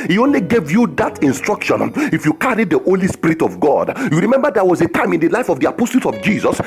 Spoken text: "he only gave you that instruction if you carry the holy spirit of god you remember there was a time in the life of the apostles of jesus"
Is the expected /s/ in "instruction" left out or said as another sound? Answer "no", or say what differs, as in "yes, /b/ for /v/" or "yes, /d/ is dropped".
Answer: no